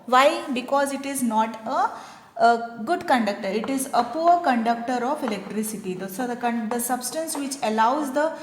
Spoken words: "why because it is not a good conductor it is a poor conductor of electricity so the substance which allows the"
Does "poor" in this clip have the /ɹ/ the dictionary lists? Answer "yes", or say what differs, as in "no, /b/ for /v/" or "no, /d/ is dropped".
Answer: yes